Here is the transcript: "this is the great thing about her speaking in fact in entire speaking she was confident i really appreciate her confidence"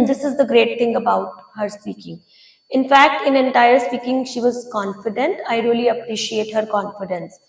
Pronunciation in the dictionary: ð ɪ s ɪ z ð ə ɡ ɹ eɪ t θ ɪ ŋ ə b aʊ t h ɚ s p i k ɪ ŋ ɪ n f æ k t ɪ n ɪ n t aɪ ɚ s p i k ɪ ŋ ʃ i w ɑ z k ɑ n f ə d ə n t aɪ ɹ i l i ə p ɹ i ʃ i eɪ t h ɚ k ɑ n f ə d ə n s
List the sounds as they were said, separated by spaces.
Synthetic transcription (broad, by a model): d ɪ s ɪ z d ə ɡ ɹ eɪ t t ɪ ŋ ə b aʊ t h ɚ s p i k ɪ ŋ ɪ n f æ k t ɪ n ɪ n t aɪ ɚ s p i k ɪ ŋ ʃ i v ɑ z k ɑ n f ə d ə n t aɪ ɹ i l i ə p ɹ i ʃ i eɪ t h ɚ k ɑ n f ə d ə n s